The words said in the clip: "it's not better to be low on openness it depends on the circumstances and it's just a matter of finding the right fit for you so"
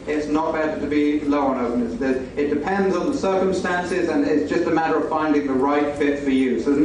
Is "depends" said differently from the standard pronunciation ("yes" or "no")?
no